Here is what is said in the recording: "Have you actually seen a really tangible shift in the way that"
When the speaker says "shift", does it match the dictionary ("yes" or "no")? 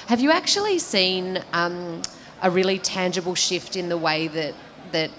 yes